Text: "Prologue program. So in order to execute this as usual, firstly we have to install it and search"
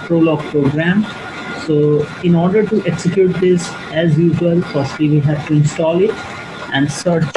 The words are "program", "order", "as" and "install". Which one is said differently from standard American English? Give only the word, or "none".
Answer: none